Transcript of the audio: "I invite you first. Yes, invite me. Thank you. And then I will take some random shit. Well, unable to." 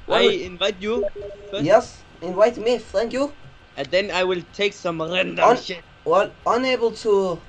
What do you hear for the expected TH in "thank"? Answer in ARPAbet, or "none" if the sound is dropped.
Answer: F